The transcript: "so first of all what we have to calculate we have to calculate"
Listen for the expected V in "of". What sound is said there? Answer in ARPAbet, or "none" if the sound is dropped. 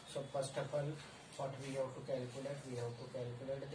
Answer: P